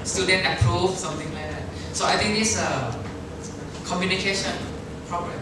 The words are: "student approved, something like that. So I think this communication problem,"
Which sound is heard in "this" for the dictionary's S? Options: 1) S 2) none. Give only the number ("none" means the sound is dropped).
2